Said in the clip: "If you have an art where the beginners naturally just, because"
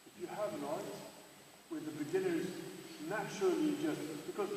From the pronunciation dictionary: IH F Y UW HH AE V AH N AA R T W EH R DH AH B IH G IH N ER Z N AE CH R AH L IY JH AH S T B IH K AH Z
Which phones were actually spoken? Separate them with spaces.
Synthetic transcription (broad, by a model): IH F Y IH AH V AH N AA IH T W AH R DH AH B IH G IH N ER Z N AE CH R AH L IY JH AH S T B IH K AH Z